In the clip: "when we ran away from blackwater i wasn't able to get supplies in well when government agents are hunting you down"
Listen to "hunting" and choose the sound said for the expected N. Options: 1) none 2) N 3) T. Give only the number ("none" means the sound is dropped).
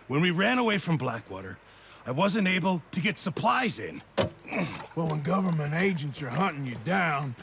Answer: 1